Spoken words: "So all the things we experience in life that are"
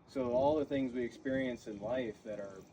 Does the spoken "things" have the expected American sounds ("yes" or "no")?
yes